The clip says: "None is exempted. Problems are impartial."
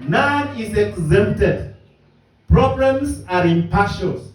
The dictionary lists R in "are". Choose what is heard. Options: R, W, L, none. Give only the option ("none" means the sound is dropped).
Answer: R